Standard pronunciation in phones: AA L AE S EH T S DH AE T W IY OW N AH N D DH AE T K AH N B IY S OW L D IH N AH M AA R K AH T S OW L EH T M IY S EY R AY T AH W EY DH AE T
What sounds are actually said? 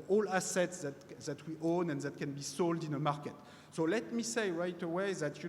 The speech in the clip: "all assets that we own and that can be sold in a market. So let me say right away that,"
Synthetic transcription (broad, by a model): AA L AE S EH T S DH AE T W IY OW N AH N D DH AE T K AH N B IY S OW L D IH N AH M AA R K AH T S OW L EH T M IY S EY R AY T AH W EY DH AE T